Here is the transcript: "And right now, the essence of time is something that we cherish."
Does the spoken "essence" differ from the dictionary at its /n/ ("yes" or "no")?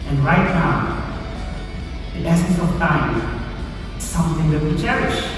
yes